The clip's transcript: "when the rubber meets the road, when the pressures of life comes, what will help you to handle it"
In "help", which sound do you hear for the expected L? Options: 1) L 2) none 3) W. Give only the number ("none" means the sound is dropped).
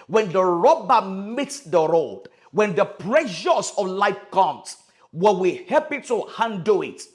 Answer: 2